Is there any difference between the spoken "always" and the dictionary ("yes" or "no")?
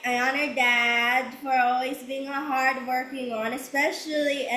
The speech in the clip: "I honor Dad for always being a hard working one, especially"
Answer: no